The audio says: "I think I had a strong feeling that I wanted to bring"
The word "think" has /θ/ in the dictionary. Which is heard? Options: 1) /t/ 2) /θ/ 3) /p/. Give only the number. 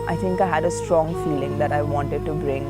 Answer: 1